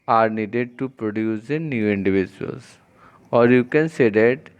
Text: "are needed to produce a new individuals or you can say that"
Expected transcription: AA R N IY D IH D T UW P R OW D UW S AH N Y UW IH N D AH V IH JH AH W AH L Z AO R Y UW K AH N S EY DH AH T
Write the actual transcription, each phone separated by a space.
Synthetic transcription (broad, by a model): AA R N IY D IH D T UW P R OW D UW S AH N Y UW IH N D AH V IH JH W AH L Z AO R Y UW K AH N S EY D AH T